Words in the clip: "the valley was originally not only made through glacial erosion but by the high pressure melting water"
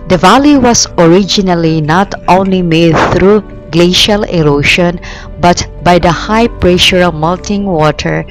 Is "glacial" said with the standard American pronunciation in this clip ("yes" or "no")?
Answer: yes